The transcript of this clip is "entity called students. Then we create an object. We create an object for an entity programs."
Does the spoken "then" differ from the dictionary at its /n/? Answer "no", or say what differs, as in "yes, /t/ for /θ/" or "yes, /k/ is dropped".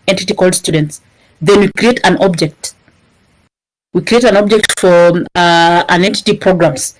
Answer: no